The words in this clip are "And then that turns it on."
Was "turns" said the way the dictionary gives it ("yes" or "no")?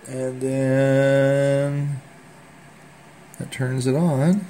yes